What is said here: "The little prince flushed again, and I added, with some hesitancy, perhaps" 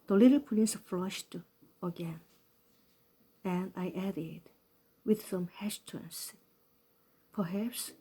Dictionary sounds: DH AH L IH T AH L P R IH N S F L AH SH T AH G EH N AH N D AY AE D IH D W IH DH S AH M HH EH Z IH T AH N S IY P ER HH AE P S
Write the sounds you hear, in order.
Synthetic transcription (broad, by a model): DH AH L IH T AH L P L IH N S F L AH SH T AH G EH N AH N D AY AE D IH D W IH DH S AH M HH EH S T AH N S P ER HH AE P S